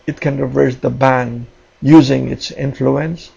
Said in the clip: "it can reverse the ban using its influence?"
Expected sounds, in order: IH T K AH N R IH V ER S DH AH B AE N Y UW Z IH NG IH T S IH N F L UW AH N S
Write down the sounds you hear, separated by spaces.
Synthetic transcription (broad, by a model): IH T K AH N R IH V ER S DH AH B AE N Y UW Z IH NG IH T S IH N F L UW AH N S